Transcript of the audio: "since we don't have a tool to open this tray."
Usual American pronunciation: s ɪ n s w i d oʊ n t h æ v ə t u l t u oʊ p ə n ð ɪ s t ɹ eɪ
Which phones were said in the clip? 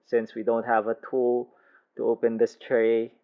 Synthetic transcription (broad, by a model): s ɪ n s w i d oʊ n t h æ v ə t u l t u oʊ p ə n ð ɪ s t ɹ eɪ